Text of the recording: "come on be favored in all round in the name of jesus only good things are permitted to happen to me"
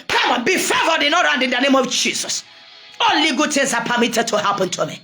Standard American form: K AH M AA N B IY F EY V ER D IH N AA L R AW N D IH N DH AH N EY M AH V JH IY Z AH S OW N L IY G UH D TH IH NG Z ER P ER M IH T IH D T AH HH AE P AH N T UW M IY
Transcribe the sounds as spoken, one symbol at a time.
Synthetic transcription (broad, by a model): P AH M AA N B IY F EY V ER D IH N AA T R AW N D IH N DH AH N EY M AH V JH IY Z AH S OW L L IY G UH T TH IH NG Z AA P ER M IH T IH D T AH HH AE P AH N T UW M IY